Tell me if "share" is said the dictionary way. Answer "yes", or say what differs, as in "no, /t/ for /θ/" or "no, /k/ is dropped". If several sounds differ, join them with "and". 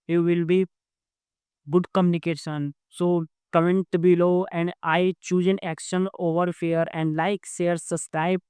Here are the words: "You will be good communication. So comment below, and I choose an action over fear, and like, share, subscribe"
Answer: no, /s/ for /ʃ/